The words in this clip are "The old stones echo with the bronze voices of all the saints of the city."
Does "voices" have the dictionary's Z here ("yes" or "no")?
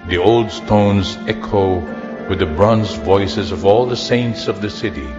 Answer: yes